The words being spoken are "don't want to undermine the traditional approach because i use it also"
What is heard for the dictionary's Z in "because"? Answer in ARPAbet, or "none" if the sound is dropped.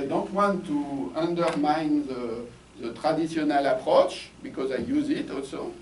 Z